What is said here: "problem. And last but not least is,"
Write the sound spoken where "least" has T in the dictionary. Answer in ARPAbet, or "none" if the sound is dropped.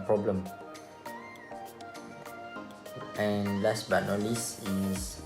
none